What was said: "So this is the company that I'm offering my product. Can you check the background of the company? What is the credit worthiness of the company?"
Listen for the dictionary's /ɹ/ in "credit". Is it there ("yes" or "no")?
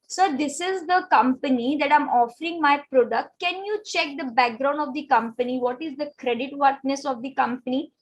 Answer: yes